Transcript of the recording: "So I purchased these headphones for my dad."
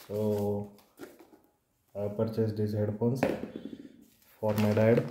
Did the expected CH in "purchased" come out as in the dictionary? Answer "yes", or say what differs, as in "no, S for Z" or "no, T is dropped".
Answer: yes